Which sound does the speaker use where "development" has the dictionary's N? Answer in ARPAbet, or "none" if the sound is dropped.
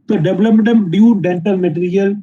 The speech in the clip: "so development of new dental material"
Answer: none